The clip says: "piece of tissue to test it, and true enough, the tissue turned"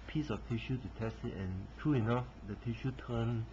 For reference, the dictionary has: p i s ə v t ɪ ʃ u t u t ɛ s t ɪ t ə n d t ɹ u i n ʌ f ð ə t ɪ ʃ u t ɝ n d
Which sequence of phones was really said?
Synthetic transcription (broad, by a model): p i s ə f t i ʃ u t u t ɛ s t ɪ t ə n t ɹ u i n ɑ f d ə t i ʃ u t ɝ n